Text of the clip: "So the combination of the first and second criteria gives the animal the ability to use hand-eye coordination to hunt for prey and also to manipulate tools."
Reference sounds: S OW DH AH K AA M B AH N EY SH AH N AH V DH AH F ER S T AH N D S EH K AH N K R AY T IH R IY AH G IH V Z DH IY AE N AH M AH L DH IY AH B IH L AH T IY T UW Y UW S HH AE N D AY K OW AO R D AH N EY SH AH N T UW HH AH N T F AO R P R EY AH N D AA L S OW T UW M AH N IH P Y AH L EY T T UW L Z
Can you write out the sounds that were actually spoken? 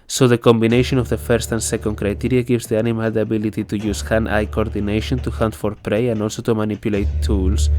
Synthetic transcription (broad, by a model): S OW DH AH K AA M B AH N EY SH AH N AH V DH AH F ER S T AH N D S EH K AH N K R AY T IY R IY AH G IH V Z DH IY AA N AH M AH L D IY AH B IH L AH T IY T UW Y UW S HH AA N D AY K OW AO R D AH N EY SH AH N T UW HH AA N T F AO R P R EY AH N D AA L S OW T UW M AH N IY P Y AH L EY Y T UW L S